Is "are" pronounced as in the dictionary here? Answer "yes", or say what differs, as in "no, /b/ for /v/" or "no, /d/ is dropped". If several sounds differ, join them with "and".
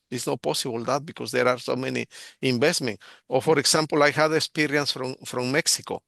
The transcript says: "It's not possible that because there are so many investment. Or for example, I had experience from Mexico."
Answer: yes